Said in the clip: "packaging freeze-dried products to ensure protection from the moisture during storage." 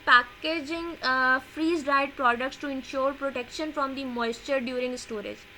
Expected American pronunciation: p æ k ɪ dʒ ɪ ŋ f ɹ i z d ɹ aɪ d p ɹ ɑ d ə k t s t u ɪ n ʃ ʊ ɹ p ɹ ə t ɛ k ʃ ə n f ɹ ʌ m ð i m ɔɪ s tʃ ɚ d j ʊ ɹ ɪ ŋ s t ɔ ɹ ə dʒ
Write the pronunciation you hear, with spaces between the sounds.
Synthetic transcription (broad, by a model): p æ k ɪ dʒ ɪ ŋ f ɹ i z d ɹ aɪ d p ɹ ɑ d ə k t s t u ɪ n ʃ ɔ ɹ p ɹ ə t ɛ k ʃ ə n f ɹ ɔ m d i m ɔɪ s tʃ ɚ d j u ɹ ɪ ŋ s t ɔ ɹ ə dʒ